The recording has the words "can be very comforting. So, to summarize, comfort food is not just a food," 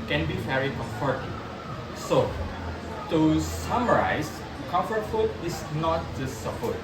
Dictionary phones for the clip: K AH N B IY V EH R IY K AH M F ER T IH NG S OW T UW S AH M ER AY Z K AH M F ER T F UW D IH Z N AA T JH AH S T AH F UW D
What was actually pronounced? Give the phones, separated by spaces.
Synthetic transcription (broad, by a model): K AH N B IY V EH R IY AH F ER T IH S OW T UW S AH M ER AY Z K AH M F ER T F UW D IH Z N AA T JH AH S AH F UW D